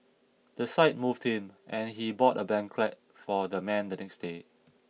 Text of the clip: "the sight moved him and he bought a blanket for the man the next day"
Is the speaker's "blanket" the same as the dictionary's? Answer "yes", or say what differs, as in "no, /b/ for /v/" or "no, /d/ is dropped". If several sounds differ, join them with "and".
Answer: no, /l/ is dropped